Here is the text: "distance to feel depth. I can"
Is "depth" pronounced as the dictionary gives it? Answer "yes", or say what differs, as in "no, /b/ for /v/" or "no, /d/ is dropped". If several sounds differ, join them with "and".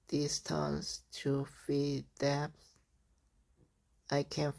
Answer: no, /s/ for /θ/